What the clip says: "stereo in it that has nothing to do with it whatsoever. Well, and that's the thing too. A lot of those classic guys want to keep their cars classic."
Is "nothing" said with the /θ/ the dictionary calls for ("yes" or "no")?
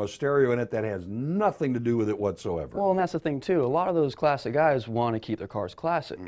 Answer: yes